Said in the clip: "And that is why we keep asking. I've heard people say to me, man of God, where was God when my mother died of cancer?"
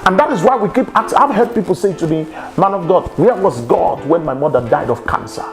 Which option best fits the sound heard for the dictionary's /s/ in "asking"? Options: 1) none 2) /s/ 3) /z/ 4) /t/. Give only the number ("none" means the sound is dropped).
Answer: 1